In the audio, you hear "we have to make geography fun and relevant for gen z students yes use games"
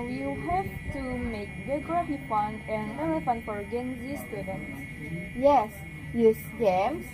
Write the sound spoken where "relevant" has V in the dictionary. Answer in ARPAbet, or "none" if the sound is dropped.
F